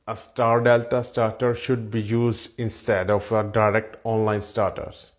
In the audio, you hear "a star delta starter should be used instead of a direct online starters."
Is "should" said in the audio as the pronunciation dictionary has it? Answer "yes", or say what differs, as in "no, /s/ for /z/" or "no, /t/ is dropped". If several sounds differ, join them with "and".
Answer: yes